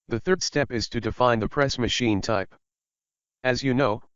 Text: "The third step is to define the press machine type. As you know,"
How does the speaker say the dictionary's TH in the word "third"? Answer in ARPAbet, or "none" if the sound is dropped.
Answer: TH